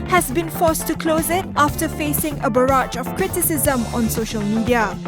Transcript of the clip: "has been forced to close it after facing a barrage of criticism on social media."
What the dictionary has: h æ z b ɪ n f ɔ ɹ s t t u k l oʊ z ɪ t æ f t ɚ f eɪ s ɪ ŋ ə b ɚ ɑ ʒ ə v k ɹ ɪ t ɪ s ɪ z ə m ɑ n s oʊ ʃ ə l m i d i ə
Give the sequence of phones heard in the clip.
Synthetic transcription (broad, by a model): h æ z b ɪ n f ɔ s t t u k l oʊ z ɪ t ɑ f t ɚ f eɪ s ɪ ŋ ə b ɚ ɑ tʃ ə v k ɹ ɪ t ɪ s ɪ z ə m ɑ n s oʊ ʃ ə l m i d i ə